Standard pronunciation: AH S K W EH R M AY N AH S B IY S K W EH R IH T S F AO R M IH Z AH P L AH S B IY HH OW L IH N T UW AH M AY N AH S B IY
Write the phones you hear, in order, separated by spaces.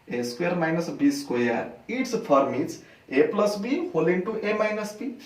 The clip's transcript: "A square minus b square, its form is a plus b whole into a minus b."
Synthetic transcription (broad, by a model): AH S K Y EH R M AY N AH S B IY S K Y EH R IH T S P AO R M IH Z AH P L AH S B IY HH OW L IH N T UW AH M AY N AH S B IY